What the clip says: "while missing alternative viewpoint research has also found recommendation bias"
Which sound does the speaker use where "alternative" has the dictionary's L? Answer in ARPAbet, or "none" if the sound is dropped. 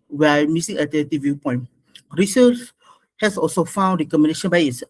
none